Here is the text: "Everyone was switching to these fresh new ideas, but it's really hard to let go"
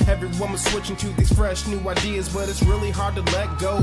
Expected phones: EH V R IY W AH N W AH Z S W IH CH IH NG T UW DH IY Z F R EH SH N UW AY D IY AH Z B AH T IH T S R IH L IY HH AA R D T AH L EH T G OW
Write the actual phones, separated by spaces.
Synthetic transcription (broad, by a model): EH V R IY W AH N W AH Z S W IH CH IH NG T UW DH IY Z F R EH SH N UW AY D IY AH Z B AH T IH T S R IH L IY HH AA R D T AH L EH T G OW